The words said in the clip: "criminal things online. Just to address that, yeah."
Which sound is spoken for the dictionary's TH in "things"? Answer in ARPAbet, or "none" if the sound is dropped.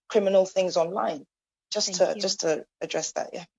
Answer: TH